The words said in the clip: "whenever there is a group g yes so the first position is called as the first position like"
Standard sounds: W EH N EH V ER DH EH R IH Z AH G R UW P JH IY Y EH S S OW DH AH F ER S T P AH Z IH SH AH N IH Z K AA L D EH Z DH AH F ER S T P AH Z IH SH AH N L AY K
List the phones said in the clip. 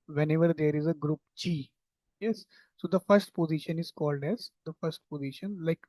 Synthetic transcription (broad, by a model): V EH N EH V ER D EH R IH Z AH G R UW P CH IY Y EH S S OW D AH F ER S T P AH Z IH SH AH N IH Z K AA L D EH Z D AH F ER S T P AH Z IH SH AH N L AY K